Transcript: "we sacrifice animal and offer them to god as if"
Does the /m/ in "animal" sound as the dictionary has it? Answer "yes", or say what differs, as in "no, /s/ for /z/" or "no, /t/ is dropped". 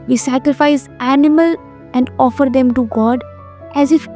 yes